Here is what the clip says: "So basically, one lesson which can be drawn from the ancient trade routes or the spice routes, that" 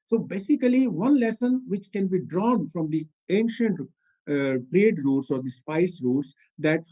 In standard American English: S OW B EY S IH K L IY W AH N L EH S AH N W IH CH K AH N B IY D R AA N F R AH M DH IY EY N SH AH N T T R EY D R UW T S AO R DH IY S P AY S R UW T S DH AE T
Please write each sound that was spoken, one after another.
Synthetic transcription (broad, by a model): S OW B EY S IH K L IY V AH N L EH S AH N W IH CH K AH N B IY D R AA N F R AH M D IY EY N SH AH N T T R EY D R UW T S AO R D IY S P AY S R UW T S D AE T